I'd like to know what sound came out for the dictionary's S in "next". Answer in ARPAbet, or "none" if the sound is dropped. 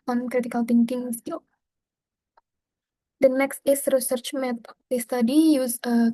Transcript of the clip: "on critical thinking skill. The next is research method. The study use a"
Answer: S